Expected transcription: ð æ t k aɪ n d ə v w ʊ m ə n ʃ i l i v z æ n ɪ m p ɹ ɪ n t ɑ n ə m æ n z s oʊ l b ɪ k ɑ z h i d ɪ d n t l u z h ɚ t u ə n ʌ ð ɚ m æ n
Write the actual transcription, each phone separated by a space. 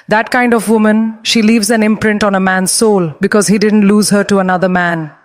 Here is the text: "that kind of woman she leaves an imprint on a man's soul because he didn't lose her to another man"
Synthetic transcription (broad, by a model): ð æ t k aɪ n d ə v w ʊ m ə n ʃ i l i v z æ n ɪ m p ɹ ɪ n t ɑ n ə m æ n z s oʊ l b ɪ k ɑ z h i d ɪ d n t l u z h ɚ t u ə n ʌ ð ɚ m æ n